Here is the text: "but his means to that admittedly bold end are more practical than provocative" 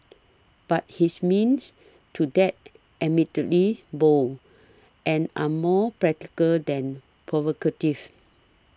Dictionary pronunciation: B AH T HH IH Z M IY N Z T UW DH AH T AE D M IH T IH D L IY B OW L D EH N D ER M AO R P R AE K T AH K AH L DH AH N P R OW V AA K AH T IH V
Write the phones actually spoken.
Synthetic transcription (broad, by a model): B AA T HH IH S M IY N S T UW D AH T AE M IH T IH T L IY B OW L EH N AA M AO P R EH K T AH K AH L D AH N P R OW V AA K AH T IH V